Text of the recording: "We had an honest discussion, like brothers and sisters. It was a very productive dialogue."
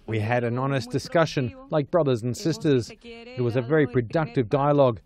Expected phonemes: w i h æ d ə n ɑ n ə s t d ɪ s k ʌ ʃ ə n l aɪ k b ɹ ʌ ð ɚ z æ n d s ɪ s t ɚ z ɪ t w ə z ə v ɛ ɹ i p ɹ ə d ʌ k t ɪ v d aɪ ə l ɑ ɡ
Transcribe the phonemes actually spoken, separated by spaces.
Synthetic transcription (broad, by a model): w i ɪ d ə n ɑ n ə s d ɪ s k ʌ ʃ ə n l aɪ k b ɹ ʌ ð ɚ z n s ɪ s t ɚ z ɪ t w ə z ə v ɛ ɹ i p ɹ ə d ʌ k t ɪ v d aɪ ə l ɑ ɡ